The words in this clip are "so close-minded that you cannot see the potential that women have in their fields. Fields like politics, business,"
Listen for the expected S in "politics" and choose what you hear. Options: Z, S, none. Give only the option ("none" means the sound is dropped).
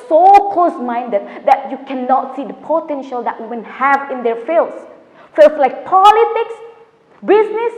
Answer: S